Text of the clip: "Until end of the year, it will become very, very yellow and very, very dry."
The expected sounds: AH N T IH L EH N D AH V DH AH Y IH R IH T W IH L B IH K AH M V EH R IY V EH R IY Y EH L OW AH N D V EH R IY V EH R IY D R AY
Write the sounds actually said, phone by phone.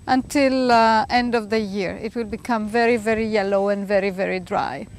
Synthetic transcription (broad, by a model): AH N T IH L EH N D AH V DH AH Y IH R IH T W IH L B IH K AH M V EH R IY V EH R IY Y EH L OW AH N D V EH R IY V EH R IY D R AY